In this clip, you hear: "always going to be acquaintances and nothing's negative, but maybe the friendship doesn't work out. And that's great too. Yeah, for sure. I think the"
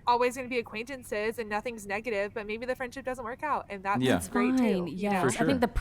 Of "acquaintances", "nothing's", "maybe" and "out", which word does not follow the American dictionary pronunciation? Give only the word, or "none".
none